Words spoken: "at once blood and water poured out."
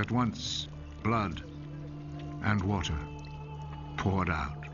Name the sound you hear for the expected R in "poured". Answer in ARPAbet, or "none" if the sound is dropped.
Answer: R